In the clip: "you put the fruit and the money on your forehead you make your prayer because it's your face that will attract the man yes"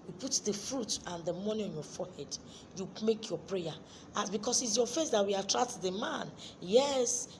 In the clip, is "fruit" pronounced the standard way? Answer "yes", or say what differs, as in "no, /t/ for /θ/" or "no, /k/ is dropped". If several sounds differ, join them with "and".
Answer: yes